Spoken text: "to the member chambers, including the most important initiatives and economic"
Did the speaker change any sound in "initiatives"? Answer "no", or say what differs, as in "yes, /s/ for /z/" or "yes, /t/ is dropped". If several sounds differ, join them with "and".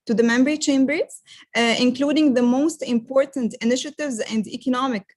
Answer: no